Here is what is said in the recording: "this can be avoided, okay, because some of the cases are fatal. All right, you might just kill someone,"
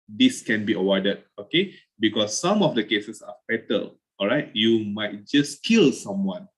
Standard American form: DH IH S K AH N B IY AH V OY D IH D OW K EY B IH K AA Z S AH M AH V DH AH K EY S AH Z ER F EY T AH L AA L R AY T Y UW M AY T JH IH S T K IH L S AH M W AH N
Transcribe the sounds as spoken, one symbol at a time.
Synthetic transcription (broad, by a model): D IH S K AH N B IY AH W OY D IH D OW K EY B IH K AA S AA M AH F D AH K EY S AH S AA F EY T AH L AA L R AY T Y UW M AY T JH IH S K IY L S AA M W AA N